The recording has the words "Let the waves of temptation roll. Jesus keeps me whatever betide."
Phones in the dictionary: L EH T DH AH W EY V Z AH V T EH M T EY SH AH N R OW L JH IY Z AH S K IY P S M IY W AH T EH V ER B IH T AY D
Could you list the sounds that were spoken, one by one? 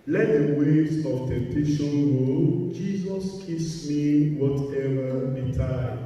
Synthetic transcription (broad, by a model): L EH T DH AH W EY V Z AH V T EH M T EY SH AH N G OW JH IY Z AH S K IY S M IY W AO T EH V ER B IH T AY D